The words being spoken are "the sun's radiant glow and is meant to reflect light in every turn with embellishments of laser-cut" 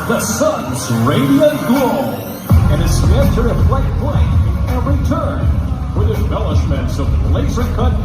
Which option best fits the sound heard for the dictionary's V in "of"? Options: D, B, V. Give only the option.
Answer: B